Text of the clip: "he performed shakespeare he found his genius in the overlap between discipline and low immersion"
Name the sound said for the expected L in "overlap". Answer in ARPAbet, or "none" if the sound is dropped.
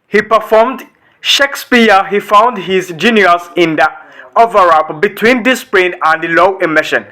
none